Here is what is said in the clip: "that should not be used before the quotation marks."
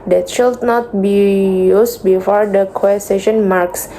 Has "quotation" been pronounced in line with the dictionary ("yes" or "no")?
no